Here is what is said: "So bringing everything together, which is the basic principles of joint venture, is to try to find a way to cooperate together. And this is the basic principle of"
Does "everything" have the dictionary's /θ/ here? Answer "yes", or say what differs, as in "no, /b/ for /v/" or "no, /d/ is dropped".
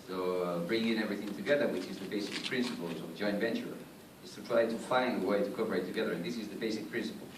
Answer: yes